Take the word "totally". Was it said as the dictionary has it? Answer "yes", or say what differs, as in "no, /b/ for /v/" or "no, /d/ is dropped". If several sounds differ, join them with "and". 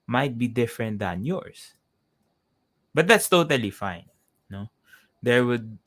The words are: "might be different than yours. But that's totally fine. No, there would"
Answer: yes